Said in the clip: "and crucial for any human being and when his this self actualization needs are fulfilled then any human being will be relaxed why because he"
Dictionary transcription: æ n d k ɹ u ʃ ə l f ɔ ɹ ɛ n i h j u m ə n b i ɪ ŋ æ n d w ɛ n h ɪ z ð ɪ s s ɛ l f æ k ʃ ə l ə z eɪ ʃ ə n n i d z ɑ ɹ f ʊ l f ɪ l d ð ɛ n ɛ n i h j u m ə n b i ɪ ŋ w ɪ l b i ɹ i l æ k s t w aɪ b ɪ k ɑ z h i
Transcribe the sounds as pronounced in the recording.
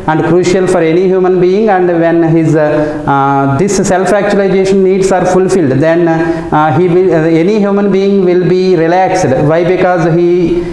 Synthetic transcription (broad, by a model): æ n d k ɹ u ʃ ə l f ɔ ɹ ɛ n i h j u m ə n b i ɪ ŋ æ n d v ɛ n h ɪ z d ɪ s s ɛ l f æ k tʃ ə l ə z eɪ ʃ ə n n i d s ɑ ɹ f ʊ l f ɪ l d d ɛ n ɛ n i h j u m ə n b i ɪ ŋ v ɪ l b i ɹ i l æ k s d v aɪ b ɪ k ɑ z h i